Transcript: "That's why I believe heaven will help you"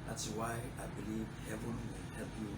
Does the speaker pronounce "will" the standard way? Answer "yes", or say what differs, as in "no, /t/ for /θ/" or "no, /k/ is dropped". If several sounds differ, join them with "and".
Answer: no, /n/ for /l/